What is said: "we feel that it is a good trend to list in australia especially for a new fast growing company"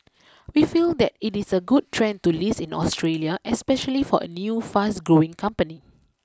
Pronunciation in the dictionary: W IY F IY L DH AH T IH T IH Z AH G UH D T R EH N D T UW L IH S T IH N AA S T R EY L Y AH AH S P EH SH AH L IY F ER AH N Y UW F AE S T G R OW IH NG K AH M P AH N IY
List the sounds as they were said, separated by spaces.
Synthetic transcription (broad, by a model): W IY F IY L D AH T IH T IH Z AH G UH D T R EH N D T UW L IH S IH N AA S T R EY L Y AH AH S P EH SH AH L IY F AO AH N Y UW F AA S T G R OW IH NG K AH M P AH N IY